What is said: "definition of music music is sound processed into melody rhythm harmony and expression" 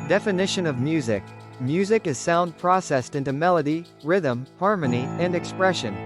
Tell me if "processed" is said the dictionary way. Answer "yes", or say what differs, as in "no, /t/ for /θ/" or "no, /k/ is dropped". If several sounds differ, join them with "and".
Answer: yes